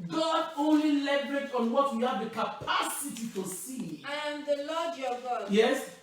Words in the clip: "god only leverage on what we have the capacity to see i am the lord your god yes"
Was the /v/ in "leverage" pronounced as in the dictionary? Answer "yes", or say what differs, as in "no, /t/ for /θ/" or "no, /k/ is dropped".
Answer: no, /b/ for /v/